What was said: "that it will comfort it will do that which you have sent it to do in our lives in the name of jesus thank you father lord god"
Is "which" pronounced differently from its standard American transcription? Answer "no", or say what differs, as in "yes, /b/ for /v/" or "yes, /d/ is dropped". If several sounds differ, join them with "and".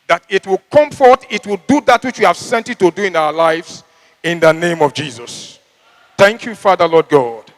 no